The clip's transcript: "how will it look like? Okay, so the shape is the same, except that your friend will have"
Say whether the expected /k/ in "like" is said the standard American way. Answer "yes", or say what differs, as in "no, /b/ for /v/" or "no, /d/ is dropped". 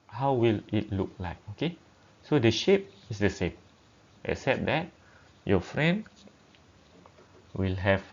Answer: yes